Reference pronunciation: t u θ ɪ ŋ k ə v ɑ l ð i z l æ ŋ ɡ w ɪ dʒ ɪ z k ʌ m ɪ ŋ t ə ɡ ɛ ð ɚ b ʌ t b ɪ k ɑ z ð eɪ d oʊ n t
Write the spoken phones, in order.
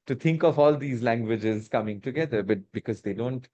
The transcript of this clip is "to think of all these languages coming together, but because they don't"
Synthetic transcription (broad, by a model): t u t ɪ ŋ k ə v ɑ l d i z l æ ŋ ɡ w ɪ dʒ ɪ z k ʌ m ɪ ŋ t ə ɡ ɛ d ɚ b ʌ t b ɪ k ɑ z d eɪ d oʊ n t